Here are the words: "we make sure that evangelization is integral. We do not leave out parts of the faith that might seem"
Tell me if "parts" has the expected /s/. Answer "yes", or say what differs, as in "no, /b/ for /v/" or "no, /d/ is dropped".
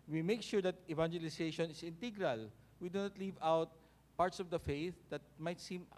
yes